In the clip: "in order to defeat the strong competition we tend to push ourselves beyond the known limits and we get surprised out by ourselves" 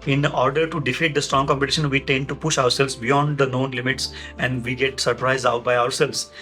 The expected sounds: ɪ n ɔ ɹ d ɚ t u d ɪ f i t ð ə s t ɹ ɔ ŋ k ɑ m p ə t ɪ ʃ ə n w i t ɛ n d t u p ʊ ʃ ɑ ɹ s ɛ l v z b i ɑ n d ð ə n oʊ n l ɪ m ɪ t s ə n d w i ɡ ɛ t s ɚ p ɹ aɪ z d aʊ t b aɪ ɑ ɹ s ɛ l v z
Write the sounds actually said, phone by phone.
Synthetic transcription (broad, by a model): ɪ n ɔ ɹ d ɚ t u d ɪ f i t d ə s t ɹ ɔ ŋ k ɑ m p ə t ɪ ʃ ə n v i t ɛ n d t u p ʊ ʃ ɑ ɹ s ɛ l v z b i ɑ n d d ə n oʊ n l ɪ m ɪ t s ə n d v i ɡ ɛ t s ɚ p ɹ aɪ z d aʊ t b aɪ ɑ ɹ s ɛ l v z